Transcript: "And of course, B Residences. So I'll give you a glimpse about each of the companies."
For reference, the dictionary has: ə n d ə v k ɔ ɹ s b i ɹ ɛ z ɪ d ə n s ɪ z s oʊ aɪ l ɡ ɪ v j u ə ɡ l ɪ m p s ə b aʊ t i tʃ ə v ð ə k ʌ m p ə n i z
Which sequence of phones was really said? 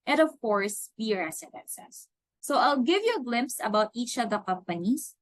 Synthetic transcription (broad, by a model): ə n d ə v k ɔ ɹ s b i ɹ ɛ s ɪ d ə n s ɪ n s oʊ aɪ l ɡ ɪ v j u ə ɡ l ɪ m p s ə b aʊ t i tʃ ə v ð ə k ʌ m p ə n i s